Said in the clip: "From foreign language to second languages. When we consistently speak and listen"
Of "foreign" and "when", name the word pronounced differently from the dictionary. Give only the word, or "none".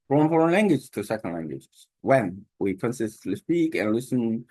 none